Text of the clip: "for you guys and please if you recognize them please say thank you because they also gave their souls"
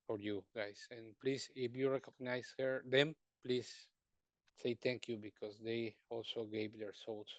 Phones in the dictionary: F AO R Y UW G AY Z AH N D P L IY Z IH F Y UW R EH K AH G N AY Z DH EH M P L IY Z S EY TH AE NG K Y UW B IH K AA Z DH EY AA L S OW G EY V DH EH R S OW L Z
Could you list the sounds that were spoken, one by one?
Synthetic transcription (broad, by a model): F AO R Y UW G AY S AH N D P L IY S IH F Y UW R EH K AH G N AY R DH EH M P L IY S S EY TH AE NG K Y UW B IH K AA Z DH EY AA L S OW G EY V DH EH R S OW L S